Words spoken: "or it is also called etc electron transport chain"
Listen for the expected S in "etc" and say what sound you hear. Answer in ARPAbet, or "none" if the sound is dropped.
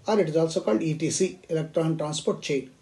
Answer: none